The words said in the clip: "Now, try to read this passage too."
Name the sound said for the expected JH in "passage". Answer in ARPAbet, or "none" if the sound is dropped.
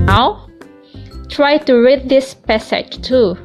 CH